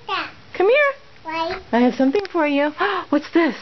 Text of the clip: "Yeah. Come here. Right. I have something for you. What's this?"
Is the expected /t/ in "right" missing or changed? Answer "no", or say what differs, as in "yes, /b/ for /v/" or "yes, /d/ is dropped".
yes, /t/ is dropped